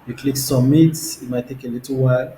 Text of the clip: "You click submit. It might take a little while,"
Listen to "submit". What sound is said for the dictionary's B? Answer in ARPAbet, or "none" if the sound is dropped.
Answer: none